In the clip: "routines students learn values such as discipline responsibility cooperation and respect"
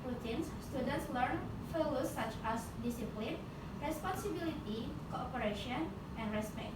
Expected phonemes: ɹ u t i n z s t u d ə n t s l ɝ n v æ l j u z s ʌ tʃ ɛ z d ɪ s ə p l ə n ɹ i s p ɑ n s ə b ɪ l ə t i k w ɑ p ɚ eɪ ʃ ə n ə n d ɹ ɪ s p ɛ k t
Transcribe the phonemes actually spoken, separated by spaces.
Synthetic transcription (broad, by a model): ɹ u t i n s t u d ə n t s l ɝ n f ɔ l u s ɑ tʃ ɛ s d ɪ s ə p l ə n ɹ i s p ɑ n s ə b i l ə t i k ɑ p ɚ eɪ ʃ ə n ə n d ɹ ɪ s p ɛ k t